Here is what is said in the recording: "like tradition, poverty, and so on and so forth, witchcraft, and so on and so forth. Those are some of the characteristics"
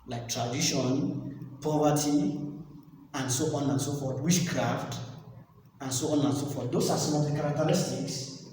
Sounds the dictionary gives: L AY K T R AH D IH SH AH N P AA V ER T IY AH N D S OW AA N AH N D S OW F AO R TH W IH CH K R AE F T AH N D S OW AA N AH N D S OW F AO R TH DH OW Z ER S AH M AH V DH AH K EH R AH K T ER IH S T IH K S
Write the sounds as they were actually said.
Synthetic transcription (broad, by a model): L AY K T R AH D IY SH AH N P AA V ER T IY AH N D S OW AA N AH N S OW F AO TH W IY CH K R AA F T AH N S OW AA N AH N S OW F AO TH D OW S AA S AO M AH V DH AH K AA R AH K T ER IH S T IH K S